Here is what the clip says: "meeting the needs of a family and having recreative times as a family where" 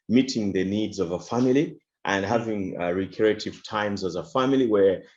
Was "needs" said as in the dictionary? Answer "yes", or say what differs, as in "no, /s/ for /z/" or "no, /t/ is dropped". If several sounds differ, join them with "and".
yes